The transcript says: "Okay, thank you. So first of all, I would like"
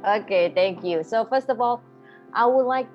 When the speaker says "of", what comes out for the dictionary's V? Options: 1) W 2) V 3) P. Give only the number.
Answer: 2